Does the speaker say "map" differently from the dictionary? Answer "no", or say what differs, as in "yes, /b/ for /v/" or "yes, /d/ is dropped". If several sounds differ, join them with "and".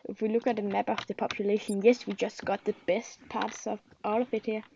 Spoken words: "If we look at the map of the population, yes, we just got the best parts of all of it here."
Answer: yes, /b/ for /p/